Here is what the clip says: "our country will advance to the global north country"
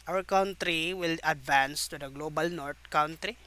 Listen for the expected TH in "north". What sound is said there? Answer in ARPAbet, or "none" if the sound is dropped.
T